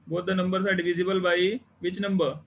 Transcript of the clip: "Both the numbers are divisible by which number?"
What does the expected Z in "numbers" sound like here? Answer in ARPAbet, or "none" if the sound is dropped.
S